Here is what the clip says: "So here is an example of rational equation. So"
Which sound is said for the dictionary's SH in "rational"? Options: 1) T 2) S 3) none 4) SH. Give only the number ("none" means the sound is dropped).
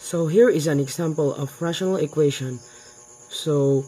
4